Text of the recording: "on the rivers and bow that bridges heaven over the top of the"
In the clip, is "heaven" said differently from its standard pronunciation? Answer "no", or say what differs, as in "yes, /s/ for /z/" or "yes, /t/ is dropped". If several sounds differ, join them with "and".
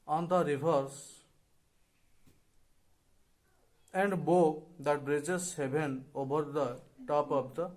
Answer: yes, /b/ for /v/